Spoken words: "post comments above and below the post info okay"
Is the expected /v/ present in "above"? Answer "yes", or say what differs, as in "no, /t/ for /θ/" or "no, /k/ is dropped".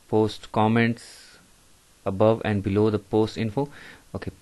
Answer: yes